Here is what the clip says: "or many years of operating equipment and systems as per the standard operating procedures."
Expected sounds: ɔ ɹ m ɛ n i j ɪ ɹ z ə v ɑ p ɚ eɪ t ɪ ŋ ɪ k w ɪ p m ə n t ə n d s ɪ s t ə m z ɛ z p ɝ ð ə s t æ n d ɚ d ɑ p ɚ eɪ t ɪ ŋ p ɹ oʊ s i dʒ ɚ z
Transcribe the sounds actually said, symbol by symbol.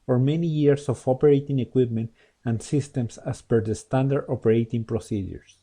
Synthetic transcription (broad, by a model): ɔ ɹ m ɛ n i j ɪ ɹ s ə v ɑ p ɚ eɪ t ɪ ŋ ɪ k w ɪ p m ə n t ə n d s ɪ s t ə m s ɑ s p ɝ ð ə s t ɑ n d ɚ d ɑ p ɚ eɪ t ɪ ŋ p ɹ oʊ s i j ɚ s